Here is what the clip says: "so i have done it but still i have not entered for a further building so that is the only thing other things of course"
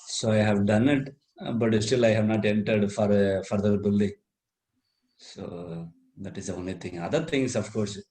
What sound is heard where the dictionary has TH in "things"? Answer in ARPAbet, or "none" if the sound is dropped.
T